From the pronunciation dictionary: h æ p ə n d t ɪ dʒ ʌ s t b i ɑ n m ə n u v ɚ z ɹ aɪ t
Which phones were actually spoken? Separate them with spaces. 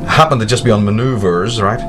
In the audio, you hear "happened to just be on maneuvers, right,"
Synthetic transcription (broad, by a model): h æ p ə n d t ɪ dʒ ʌ s b i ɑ n m ə n u v ɚ z ɹ aɪ t